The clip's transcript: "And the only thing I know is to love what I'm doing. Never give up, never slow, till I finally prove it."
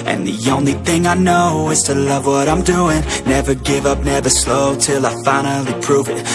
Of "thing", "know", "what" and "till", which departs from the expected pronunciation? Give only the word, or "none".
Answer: none